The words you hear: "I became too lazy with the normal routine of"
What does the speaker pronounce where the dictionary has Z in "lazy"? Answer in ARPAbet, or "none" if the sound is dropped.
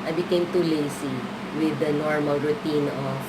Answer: S